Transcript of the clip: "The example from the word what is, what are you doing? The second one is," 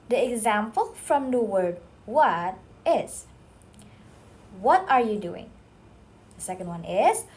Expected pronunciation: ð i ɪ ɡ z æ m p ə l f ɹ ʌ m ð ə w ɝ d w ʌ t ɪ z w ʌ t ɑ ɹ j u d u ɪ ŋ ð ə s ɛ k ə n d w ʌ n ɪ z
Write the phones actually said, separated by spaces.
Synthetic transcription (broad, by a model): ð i ɪ ɡ z æ m p ə l f ɹ ʌ m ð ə w ɝ d w ʌ t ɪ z w ʌ t ɑ ɹ j u d u ɪ ŋ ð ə s ɛ k ə n d w ʌ n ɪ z